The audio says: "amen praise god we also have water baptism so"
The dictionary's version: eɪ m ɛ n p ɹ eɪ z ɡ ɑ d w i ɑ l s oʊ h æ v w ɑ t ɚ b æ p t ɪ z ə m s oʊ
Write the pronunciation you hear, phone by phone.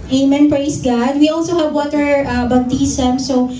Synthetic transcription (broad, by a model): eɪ m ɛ n p ɹ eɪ s ɡ ɑ d w i ɑ l s oʊ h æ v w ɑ t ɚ b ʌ b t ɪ s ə m s oʊ